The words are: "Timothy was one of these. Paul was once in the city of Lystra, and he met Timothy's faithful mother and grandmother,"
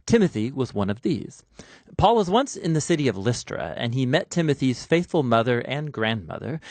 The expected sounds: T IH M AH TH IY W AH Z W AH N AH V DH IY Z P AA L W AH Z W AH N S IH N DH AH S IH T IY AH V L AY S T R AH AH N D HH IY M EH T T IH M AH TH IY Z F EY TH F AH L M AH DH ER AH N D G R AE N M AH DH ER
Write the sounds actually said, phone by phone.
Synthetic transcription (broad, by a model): T IH M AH TH IY W AH Z W AH N AH V DH IY Z P AA L W AH Z W AH N S IH N DH AH S IH T IY AH V L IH S T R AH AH N IY M EH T T IH M AH TH IY Z F EY TH F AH L M AH DH ER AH N G R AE N M AH DH ER